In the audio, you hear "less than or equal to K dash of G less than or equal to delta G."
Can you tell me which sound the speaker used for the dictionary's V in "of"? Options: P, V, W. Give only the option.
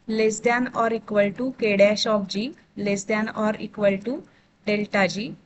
P